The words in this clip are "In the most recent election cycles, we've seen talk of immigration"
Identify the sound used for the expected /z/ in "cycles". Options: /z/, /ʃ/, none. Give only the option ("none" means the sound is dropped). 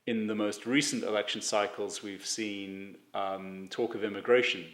/z/